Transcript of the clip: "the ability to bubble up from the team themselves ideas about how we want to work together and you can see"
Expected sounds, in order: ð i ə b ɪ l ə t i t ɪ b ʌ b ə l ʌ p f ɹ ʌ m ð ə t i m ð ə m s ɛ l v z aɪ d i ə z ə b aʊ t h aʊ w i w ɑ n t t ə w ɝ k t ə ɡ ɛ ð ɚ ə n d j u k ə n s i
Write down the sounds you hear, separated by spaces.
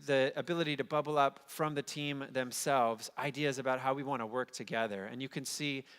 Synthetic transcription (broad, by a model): ð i ə b ɪ l ə t i t ɪ b ʌ b l ʌ p f ɹ ʌ m ð ə t i m ð ə m s ɛ l v z aɪ d i ə z ə b aʊ t h aʊ w i w ɑ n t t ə w ɝ k t ə ɡ ɛ ð ɚ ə n j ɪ k ə n s i